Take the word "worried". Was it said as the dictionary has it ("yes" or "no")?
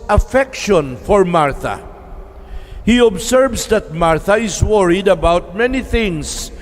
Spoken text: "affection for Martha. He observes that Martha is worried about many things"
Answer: yes